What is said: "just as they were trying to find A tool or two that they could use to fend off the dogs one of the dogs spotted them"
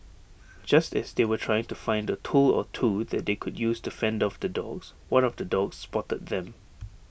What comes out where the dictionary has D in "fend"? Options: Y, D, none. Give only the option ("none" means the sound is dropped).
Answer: D